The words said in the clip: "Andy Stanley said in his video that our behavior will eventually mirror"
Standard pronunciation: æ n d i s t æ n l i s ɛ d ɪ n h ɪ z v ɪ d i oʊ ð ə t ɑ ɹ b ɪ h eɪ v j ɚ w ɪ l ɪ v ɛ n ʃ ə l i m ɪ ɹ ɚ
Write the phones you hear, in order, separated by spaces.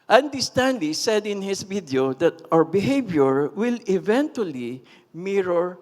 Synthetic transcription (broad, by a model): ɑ n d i s t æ n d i s ɛ d ɪ n h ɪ s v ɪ d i oʊ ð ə t ɑ ɹ b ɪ h eɪ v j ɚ w ɪ l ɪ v ɛ n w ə l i m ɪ ɹ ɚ